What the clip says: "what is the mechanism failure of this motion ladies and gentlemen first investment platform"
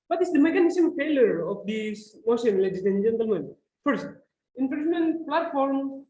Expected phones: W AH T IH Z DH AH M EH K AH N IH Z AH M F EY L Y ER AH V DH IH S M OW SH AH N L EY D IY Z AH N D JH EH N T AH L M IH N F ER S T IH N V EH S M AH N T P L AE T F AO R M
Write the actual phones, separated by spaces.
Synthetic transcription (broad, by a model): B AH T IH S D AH M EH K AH N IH S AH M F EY L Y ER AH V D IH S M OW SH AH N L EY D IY S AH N JH EH N T AH L M IH N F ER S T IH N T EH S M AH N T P L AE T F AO R M